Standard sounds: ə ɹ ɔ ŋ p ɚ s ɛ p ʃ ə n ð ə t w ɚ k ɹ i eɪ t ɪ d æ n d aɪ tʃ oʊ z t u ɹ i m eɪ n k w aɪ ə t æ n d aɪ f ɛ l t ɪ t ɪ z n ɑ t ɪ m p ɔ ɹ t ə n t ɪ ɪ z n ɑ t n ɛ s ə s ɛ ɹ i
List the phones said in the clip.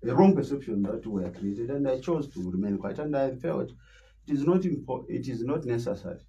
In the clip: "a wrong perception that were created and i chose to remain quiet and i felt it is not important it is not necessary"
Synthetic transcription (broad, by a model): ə ɹ ɔ ŋ p ɚ s ɛ p ʃ ə n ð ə t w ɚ k ɹ i eɪ t ɪ d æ n d aɪ tʃ oʊ z t u ɹ i m eɪ n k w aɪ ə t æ n d aɪ f ɛ l t ɪ t ɪ z n ɑ t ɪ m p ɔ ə t ɪ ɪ z n ɑ t n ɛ s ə s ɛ ɹ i